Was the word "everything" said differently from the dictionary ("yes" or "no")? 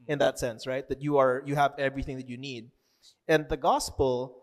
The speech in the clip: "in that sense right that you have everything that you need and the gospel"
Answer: no